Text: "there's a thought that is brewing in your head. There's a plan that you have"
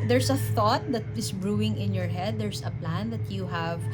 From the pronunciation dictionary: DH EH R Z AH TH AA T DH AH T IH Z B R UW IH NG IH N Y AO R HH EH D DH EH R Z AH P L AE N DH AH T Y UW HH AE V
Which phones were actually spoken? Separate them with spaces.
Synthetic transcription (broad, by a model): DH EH R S AH TH AA T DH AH T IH S B R UW IH NG IH N Y AO R HH EH D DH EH R S AH P L AE N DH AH T Y UW HH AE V